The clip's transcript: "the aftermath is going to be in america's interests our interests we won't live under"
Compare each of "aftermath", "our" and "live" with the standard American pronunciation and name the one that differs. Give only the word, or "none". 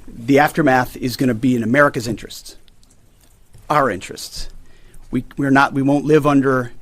none